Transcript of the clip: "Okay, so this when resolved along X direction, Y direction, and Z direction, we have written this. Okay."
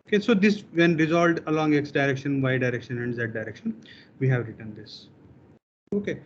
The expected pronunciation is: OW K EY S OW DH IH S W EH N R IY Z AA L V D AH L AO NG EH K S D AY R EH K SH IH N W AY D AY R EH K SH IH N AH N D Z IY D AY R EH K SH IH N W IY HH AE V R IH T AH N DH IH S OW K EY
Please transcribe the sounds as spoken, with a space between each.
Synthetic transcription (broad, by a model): OW K EY S OW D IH S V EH N R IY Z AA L D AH L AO NG EH K S D AY R EH K SH IH N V AY D AY R EH K SH IH N AH N D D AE D AY R EH K SH IH N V IY HH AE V R IH T AH N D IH S OW K EY